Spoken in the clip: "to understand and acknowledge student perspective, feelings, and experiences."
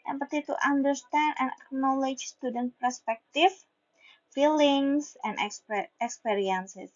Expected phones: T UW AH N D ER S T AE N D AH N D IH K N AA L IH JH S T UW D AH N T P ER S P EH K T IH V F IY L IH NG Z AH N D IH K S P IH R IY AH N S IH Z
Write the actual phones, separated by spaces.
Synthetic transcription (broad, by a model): T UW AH N D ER S T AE N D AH N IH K N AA L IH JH S T UW D AH N T P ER S P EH K T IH F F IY L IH NG S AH N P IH K S P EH R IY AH N S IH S